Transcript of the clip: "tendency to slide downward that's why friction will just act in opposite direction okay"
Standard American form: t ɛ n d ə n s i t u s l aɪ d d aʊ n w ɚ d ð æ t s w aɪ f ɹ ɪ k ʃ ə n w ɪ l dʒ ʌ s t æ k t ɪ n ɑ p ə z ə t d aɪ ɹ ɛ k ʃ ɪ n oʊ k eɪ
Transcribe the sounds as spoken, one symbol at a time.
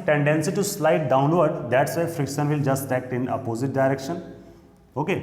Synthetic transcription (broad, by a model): t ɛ n d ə n s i t u s l aɪ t d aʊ n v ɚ d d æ t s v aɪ f ɹ ɪ k ʃ ə n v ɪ l dʒ ʌ s t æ k t ɪ n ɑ p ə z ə t d aɪ ɹ ɛ k ʃ ɪ n oʊ k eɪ